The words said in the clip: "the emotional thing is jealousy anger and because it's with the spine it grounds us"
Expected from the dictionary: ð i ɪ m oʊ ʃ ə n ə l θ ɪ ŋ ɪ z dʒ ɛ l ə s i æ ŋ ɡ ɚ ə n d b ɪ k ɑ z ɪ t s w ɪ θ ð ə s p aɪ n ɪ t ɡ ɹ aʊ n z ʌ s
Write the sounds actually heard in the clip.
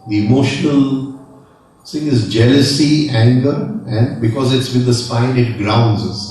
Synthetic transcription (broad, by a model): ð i ɪ m oʊ ʃ ə n ə l s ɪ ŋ ɪ z dʒ ɛ l ə s i æ ŋ ɡ ɚ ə n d b ɪ k ɑ z ɪ t s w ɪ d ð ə s p aɪ n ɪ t ɡ ɹ aʊ n z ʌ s